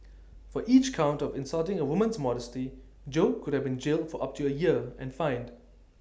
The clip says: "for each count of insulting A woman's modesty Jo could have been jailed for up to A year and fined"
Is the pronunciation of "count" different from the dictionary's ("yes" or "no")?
no